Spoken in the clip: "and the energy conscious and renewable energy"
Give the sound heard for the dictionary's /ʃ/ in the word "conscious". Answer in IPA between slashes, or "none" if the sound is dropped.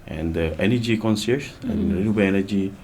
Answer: /s/